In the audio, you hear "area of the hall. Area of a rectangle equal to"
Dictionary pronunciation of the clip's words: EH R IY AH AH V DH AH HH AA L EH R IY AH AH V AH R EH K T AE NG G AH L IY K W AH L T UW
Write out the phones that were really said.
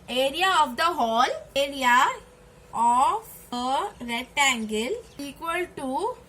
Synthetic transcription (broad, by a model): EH R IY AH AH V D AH HH AA L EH R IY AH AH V AH R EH T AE NG G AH L IY K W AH L T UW